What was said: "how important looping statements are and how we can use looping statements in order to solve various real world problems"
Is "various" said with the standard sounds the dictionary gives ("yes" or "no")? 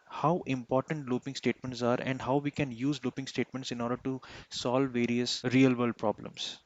yes